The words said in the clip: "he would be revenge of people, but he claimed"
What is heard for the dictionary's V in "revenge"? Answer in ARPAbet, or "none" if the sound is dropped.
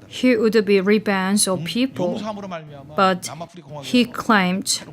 B